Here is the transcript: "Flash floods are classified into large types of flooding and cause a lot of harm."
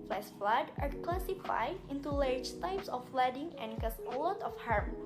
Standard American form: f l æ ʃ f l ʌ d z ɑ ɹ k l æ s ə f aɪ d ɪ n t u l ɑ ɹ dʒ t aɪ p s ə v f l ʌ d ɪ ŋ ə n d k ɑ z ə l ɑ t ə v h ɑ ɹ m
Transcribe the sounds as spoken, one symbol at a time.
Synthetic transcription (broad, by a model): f l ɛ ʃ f l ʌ d ɑ ɹ k l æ s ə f aɪ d ɪ n t u l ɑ ɹ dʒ t aɪ p s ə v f l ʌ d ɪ ŋ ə n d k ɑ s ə l ɑ t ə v h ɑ ɹ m